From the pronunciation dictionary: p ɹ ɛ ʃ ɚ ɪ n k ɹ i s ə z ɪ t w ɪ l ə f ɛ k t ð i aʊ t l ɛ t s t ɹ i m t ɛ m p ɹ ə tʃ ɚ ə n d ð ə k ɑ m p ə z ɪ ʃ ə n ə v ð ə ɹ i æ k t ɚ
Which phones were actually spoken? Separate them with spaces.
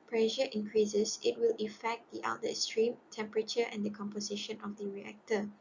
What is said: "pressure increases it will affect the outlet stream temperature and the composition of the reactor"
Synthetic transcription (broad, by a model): p ɹ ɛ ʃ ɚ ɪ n k ɹ i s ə s ɪ t w ɪ l ə f ɛ k t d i t ɑ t s t ɹ i m t ɛ m p ɹ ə tʃ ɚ ə n d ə k ɑ m p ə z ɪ ʃ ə n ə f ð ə ɹ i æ k t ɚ